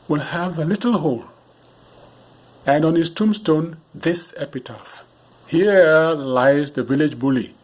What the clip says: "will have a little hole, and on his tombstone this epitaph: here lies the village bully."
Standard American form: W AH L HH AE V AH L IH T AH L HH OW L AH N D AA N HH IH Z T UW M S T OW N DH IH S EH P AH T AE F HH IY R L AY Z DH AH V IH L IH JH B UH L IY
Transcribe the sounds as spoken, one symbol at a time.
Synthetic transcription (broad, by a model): W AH L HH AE V AH L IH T L HH OW L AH N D AA N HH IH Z T UW M S T OW N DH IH S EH P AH T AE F HH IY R L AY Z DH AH V IH L IH JH B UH L IY